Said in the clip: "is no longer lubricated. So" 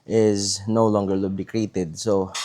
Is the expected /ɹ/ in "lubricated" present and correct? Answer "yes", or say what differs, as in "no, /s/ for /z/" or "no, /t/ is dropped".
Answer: no, /ɹ/ is dropped